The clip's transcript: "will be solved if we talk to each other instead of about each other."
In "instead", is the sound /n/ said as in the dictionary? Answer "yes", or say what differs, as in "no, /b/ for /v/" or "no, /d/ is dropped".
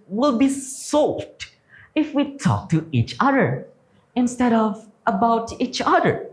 yes